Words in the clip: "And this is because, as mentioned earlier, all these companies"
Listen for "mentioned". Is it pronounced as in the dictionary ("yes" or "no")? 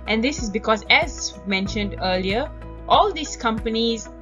yes